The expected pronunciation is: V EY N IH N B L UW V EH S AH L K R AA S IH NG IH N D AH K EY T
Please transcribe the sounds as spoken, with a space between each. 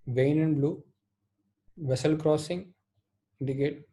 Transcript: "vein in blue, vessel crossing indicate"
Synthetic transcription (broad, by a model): V EY N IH N B L UW V EH S AH L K R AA S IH NG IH N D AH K EY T